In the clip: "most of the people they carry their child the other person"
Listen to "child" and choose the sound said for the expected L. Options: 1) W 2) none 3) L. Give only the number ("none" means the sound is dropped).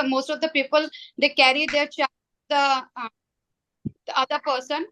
2